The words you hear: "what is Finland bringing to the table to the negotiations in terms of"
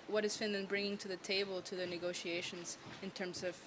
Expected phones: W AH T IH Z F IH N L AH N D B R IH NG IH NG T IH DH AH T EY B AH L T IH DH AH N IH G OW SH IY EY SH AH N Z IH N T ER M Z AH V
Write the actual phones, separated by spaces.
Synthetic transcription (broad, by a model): W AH T IH Z F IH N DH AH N B R IH NG IH NG T IH DH AH T EY B AH L T IH DH AH N IH G OW SH IY EY SH AH N Z IH N T ER M Z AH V